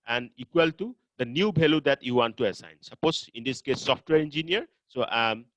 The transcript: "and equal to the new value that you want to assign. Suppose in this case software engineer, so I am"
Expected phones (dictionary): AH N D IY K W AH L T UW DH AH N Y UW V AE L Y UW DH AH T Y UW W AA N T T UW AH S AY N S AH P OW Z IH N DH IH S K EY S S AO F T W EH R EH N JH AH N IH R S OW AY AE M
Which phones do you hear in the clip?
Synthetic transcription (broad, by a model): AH N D IY K W AH L T UW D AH N Y UW B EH L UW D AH T Y UW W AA N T T UW AH S AY N S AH P OW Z IH N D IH S K EY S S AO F T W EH R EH N JH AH N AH R S OW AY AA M